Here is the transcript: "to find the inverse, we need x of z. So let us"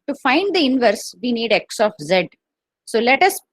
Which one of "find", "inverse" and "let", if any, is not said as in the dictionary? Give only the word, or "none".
none